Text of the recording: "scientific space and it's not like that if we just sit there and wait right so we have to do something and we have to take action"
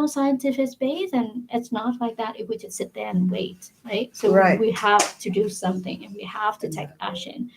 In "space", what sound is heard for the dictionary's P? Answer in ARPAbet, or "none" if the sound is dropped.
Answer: B